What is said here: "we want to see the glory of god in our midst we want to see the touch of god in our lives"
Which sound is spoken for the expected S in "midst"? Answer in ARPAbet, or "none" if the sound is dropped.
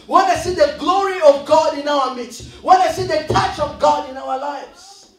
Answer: none